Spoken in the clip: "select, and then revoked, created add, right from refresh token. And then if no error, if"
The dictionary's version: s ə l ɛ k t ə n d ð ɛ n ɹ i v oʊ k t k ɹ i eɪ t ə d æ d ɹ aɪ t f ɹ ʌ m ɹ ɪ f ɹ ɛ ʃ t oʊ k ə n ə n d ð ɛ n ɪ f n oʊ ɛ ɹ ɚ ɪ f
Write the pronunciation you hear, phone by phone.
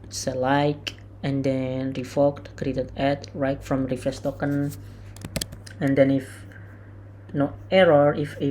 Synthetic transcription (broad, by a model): s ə l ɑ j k ə n d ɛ n ɹ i f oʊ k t k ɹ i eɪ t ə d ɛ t ɹ aɪ t f ɹ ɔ m ɹ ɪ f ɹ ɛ s t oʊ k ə n ə n d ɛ n ɪ f n oʊ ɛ ɹ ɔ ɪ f